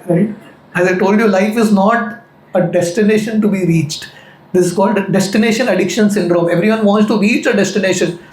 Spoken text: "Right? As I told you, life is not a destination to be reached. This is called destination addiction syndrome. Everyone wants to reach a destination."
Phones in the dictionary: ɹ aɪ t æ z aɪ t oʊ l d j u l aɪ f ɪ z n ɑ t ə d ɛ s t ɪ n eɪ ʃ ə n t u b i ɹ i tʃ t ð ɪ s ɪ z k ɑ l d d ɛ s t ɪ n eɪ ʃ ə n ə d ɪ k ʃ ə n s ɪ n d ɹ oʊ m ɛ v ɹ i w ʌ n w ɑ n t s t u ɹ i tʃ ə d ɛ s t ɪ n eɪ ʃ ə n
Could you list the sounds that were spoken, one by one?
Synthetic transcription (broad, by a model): ɹ aɪ t æ z aɪ t oʊ l d j u l aɪ f ɪ z n ɑ t ə d ɛ s t ɪ n eɪ ʃ ə n t u b i ɹ i tʃ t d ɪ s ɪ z k ɑ l d d ɛ s t ɪ n eɪ ʃ ə n ə d ɪ k ʃ ə n s ɪ n d ɹ oʊ m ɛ v ɹ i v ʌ n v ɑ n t s t u ɹ i tʃ ə d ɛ s t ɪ n eɪ ʃ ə n